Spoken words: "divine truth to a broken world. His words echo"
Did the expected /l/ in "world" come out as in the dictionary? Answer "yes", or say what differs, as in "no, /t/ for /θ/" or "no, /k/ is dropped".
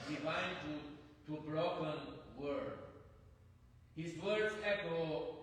no, /l/ is dropped